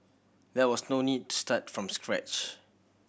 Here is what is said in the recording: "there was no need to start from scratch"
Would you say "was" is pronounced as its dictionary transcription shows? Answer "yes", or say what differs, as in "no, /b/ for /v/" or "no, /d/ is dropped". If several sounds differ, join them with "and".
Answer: no, /s/ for /z/